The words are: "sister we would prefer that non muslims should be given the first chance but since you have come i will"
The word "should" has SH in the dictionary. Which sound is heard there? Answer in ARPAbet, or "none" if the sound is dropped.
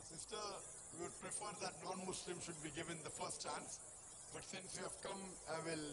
SH